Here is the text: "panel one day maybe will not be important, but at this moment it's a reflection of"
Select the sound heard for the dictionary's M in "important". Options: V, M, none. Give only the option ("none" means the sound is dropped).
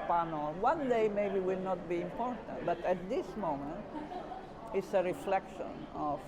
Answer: M